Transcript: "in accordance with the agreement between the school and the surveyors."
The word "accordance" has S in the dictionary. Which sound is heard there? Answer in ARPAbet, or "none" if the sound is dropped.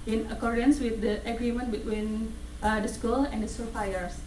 S